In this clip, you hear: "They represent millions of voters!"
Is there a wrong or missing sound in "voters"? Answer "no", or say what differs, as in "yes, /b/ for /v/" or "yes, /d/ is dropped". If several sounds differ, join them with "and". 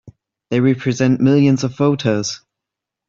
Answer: yes, /f/ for /v/